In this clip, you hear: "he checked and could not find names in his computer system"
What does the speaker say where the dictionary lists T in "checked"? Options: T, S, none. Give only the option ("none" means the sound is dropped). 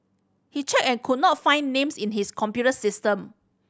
none